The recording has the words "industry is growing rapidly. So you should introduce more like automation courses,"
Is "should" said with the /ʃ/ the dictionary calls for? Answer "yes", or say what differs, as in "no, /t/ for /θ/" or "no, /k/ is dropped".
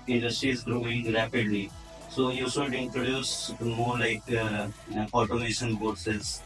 no, /s/ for /ʃ/